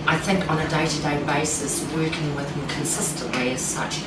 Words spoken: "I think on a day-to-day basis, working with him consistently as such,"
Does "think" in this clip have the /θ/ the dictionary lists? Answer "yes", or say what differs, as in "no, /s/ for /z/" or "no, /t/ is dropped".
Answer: yes